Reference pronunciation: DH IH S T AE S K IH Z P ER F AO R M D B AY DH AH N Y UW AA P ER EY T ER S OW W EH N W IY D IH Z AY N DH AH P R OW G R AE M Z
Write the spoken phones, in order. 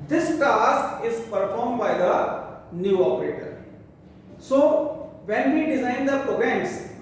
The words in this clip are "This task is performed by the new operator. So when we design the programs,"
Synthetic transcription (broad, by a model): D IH S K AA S IH Z P ER F AO R M D B AY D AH N Y UW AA P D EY T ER S OW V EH N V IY D IH Z AY N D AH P R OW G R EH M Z